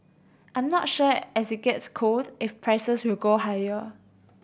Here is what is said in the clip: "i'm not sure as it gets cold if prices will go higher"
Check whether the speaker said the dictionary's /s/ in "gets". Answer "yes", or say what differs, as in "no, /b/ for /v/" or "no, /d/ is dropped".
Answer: yes